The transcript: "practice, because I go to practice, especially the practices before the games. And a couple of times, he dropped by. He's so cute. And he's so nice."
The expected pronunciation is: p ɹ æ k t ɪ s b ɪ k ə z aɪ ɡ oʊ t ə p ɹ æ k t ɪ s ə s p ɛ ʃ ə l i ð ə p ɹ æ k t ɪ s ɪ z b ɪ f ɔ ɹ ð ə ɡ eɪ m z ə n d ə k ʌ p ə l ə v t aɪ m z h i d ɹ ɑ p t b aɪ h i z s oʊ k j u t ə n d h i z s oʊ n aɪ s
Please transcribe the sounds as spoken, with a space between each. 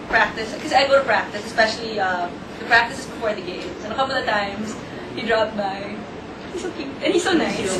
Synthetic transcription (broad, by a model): p ɹ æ k t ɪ s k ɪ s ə aɪ ɡ oʊ t ə p ɹ æ k t ɪ s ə s p ɛ ʃ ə l i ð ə p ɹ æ k t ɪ s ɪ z b ɪ f ɔ ɹ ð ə ɡ eɪ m s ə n ə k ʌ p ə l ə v t aɪ m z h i d ɹ ɑ p t b aɪ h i s oʊ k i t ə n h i s oʊ n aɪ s